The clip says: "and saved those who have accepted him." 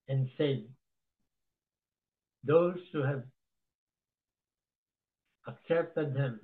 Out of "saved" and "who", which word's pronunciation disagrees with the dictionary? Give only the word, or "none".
saved